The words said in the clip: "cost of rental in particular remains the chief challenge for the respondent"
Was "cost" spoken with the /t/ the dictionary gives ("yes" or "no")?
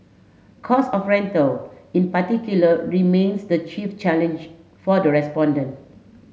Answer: no